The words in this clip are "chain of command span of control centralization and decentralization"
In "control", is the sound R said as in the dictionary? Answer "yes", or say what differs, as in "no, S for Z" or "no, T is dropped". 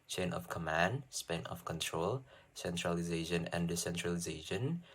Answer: yes